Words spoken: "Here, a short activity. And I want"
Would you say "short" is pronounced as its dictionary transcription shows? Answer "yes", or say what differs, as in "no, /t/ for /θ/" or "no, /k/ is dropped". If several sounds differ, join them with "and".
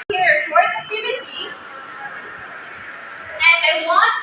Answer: no, /s/ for /ʃ/